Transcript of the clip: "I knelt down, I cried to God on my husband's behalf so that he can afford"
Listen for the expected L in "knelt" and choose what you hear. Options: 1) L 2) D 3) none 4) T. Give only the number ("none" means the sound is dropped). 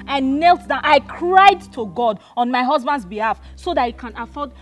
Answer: 1